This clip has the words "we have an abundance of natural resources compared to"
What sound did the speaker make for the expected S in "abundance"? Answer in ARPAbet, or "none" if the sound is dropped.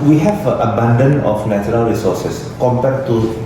none